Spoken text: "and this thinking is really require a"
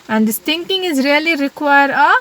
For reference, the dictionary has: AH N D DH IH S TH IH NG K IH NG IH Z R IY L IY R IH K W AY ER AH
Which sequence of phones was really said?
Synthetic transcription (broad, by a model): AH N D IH S T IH NG K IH NG IH Z R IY L IY R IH K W AY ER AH